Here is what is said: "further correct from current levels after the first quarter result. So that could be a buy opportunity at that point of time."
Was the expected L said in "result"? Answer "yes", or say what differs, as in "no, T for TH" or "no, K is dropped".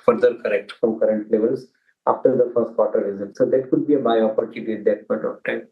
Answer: no, L is dropped